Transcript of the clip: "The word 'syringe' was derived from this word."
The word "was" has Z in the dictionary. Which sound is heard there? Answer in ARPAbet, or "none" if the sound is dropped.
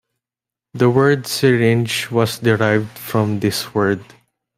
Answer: S